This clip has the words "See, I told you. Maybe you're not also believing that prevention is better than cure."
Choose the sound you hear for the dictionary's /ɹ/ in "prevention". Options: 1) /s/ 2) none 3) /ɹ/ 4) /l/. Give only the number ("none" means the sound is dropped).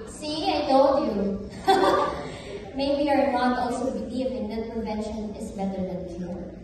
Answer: 2